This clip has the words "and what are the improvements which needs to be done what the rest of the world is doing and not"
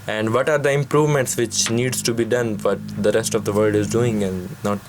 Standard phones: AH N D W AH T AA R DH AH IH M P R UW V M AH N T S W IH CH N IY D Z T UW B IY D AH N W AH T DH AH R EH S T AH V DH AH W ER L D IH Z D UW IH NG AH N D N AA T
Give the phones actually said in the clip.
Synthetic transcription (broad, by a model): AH N D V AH T AA R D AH IH M P R UW V M AH N T S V IH CH N IY D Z T UW B IY D AH N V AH T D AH R EH S T AH V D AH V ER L D IH Z D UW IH NG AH N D N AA T